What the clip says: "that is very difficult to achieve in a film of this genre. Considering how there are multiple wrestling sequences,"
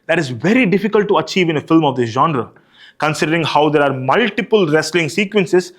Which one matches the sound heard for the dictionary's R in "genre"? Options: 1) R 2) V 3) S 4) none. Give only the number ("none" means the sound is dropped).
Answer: 1